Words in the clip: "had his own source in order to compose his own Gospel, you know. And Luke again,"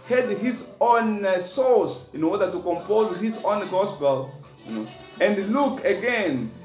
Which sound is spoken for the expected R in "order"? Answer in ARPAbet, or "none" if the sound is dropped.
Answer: W